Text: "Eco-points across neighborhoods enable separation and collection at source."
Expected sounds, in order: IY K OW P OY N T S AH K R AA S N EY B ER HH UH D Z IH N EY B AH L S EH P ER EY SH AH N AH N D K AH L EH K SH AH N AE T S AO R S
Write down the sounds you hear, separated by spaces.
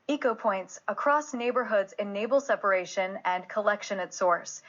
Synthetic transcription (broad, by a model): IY K OW P OY N T S AH K R AA S N EY B ER HH UH D Z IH N EY B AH L S EH P ER EY SH AH N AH N K AH L EH K SH AH N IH T S AO R S